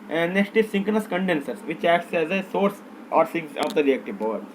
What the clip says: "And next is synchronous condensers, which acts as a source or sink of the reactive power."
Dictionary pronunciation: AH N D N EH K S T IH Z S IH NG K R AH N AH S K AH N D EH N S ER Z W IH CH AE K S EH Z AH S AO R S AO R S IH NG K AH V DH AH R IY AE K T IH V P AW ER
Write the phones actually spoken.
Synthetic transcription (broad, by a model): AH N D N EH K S T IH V S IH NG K AH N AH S K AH N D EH N S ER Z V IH CH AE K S EH Z AH S AO R S AO R S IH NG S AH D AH R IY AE K T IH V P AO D